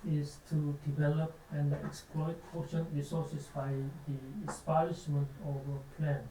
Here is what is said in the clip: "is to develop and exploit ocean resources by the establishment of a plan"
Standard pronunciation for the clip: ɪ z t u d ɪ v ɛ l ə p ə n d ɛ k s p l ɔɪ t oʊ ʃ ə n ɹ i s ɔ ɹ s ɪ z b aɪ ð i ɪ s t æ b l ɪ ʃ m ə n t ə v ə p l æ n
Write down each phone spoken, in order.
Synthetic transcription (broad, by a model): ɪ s t u d ɪ v ɛ l ə p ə n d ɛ k s p l ɔɪ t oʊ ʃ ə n ɹ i s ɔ s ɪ s b aɪ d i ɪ s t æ l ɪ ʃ m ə n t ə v ə p l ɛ n